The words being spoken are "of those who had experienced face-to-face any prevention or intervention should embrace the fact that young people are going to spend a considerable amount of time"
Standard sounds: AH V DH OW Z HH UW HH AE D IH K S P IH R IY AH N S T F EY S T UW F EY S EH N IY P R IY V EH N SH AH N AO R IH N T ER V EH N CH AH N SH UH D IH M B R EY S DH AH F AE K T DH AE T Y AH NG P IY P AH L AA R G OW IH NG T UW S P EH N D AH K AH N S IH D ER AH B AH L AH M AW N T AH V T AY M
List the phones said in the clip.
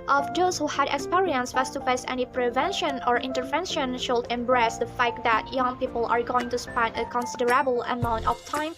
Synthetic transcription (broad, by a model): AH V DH OW S HH UW HH AE D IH K S P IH R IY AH N S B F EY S T UW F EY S EH N IY P R IY V EH N SH AH N AO R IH N T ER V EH N SH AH N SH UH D IH M B R EY S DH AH F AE K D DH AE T Y AH NG P IY P AH L AA R G OW IH NG T UW S P EH N D AH K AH N S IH D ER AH B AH L AH M AW N T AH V T AY M